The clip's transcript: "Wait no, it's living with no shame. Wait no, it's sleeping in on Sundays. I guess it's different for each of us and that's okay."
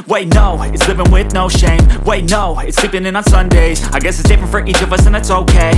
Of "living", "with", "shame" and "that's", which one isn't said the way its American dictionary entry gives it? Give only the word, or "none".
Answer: none